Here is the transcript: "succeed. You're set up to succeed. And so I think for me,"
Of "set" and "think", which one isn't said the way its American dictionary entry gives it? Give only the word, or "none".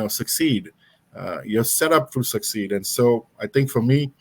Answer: think